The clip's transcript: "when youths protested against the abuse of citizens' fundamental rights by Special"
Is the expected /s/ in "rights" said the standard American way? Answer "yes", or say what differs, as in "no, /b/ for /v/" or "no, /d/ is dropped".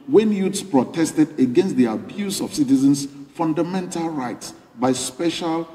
yes